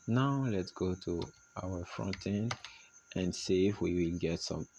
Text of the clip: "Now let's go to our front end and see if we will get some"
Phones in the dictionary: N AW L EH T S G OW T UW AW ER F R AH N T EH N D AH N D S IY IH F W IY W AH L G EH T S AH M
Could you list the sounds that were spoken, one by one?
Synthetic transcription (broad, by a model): N AW L EH T S G OW T UW AW ER F R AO N T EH N AH N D S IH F W IY W AH L G EH T S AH M